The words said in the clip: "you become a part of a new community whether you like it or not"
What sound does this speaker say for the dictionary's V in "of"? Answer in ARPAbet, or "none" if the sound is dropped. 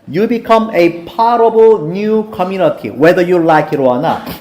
B